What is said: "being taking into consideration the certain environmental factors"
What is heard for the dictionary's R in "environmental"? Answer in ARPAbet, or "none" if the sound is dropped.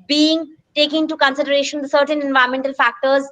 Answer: none